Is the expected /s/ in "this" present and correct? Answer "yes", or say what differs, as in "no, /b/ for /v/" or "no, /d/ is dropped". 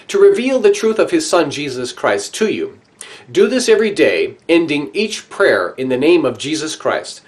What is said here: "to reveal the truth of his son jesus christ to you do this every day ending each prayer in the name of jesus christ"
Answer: yes